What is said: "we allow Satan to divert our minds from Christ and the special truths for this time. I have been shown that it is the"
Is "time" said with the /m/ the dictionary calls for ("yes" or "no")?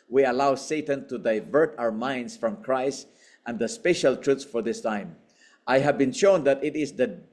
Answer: yes